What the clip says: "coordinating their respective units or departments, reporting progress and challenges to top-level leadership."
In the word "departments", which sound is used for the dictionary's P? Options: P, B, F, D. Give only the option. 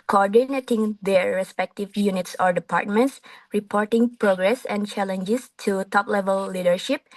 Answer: P